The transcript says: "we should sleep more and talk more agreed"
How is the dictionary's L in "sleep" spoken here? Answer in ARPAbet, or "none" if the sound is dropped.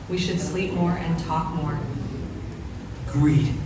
L